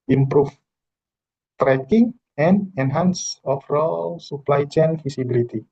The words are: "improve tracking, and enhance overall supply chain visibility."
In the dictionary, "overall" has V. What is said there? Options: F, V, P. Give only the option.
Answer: F